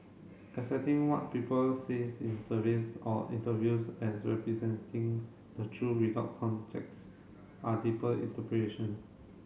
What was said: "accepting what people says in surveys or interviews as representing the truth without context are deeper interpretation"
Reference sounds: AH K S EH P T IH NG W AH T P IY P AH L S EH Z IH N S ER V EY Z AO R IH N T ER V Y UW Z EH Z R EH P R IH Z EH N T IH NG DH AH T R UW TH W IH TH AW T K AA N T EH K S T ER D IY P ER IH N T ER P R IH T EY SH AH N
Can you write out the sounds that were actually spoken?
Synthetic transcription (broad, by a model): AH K S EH T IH NG W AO T P IY P AH L S EH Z IH N S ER V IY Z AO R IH N T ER V Y UW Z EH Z R EH P R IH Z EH N T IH NG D AH T R UW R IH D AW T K AA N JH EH K S T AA D IY P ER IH N T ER P R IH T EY SH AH N